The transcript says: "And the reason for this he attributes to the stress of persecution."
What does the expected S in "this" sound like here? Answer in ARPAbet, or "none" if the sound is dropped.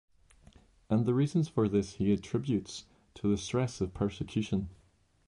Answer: S